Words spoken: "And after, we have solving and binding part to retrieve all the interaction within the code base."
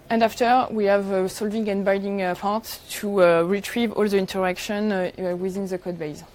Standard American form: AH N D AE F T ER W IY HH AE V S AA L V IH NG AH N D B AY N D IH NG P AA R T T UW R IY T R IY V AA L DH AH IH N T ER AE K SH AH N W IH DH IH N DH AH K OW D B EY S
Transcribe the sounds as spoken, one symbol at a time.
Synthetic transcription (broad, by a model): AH N D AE F T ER W IY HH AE V S AA L V IH NG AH N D B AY D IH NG P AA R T T UW R IY T R IY V AA L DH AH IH N T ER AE K SH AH N W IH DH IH N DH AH K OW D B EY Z